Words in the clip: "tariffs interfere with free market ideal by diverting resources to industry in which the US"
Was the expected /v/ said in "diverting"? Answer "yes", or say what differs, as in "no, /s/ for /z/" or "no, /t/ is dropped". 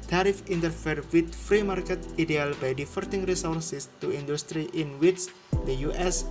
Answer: no, /f/ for /v/